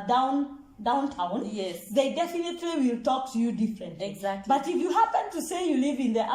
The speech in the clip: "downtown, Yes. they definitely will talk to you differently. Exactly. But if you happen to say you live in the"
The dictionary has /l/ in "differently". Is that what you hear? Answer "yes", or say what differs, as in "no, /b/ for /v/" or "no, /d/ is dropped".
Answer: no, /l/ is dropped